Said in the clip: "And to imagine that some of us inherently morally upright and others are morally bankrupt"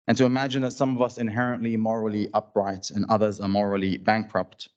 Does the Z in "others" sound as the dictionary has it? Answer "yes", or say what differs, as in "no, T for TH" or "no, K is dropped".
yes